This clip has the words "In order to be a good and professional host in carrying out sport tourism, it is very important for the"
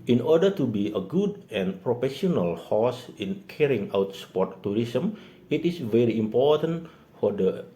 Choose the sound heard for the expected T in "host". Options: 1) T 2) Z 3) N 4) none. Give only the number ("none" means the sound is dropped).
4